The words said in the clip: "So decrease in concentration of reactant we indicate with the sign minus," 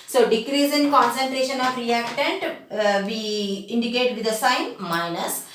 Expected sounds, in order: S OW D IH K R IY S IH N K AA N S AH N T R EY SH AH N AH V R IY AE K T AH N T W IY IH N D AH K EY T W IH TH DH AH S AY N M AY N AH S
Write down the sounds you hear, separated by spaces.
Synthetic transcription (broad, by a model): S OW D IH K R IY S IH N K AA N S AH N T R EY SH AH N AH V R IY AE K T AH N T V IY IH N D AH K EY T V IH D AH S AY N M AY N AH S